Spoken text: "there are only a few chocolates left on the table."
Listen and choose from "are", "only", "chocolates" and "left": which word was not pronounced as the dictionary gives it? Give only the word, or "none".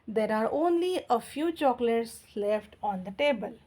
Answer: none